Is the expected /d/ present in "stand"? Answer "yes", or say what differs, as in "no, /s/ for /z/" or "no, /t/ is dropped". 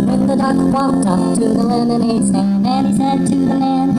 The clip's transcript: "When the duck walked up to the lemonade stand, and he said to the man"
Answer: no, /d/ is dropped